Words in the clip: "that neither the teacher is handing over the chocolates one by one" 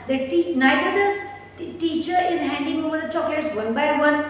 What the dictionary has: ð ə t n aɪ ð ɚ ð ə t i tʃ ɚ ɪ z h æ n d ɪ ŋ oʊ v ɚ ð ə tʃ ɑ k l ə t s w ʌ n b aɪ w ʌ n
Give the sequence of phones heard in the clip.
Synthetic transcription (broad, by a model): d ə t n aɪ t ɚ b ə t i tʃ ɚ ɪ z h æ n d ɪ ŋ oʊ v ɚ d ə tʃ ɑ k ə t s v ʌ n b aɪ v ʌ n